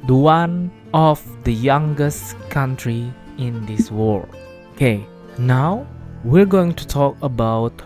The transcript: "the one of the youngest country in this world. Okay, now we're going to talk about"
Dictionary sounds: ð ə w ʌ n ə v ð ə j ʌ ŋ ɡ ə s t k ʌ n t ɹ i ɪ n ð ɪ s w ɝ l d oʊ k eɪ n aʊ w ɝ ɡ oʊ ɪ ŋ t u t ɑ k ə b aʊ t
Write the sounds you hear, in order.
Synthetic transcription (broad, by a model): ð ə w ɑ n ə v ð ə j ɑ ŋ ɡ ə s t k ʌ n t ɹ i ɪ n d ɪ s w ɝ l oʊ k eɪ n aʊ w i ɡ oʊ ɪ ŋ t u t ɑ k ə b aʊ t